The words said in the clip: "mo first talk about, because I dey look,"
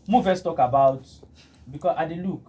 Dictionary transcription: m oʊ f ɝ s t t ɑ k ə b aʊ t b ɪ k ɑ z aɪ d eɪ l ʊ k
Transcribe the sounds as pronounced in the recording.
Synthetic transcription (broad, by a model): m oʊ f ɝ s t t ɑ k ə b aʊ t b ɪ k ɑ aɪ d eɪ l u k